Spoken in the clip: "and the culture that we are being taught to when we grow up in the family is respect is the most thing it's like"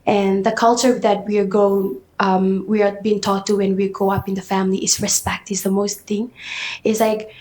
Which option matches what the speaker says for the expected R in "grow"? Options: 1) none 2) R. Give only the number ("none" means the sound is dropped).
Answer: 1